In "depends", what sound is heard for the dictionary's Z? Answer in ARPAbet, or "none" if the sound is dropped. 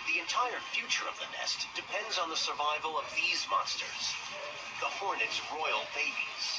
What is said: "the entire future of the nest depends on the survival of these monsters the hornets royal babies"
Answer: Z